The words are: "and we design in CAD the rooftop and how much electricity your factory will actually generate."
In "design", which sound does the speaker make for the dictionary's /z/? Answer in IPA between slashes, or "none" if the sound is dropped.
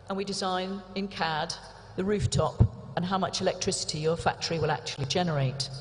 /z/